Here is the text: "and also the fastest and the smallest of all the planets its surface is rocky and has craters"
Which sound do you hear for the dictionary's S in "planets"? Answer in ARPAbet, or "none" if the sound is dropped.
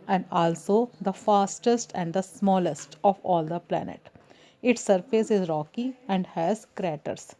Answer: none